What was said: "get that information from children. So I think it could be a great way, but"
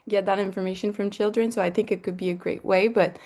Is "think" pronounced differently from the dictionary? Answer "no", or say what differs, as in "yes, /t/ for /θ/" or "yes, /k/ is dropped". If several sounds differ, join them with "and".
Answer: no